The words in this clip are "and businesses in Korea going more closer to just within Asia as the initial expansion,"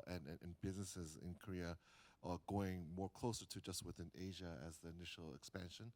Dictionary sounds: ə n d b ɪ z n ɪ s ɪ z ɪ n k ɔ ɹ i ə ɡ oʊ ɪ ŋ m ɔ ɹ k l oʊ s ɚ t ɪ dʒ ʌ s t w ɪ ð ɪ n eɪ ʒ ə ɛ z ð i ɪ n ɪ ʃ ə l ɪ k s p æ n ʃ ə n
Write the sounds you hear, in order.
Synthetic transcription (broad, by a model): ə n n b ɪ z n ɪ s ɪ z ɪ n k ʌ ɹ i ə ɡ oʊ ɪ ŋ m ɔ ɹ k l oʊ s ɚ t ɪ dʒ ʌ s t w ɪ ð ɪ n eɪ ʒ ə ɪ z ð i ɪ n ɪ ʃ l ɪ k s p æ n ʃ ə n